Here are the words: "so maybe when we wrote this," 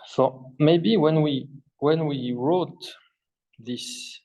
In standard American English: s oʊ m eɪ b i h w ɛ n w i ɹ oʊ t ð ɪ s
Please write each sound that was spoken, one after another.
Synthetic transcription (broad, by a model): s oʊ m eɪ b i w w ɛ n w i ɹ oʊ t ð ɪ s